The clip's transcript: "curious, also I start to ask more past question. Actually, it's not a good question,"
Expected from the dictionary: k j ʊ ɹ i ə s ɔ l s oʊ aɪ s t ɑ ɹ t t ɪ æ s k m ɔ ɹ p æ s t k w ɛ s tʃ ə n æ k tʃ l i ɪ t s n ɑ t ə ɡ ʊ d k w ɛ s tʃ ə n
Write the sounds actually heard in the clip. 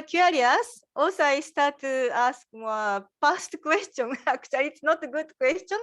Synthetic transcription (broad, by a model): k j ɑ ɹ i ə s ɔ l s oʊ aɪ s t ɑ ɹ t t ɪ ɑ s k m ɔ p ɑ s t k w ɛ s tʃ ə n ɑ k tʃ i ɪ t s n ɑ t ə ɡ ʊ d k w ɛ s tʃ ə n